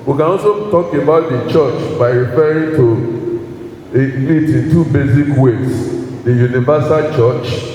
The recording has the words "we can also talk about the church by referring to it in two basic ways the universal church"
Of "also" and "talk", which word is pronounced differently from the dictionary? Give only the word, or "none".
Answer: also